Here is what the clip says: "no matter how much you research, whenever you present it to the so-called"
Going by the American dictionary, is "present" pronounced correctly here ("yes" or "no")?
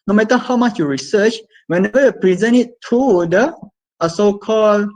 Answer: no